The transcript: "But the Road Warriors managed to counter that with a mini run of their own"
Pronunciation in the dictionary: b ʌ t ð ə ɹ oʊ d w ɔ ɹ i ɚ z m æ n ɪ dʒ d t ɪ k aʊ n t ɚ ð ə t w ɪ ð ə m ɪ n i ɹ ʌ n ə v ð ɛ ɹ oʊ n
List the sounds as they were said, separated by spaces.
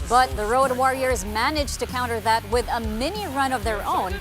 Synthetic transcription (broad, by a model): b ʌ t ð ə ɹ oʊ d w ɔ ɹ i ɚ z m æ n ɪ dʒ t ɪ k aʊ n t ɚ ð ə t w ɪ ð ə m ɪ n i ɹ ʌ n ə v ð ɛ ɹ oʊ n